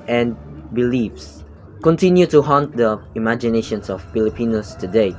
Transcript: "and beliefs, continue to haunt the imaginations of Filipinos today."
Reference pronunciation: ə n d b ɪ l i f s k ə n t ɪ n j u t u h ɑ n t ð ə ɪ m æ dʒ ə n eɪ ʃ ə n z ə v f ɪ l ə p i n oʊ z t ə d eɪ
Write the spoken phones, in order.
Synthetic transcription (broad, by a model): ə n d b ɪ l i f s k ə n t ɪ n j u t u h ɑ n t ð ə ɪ m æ dʒ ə n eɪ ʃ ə n s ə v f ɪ l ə p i n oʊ s t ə d eɪ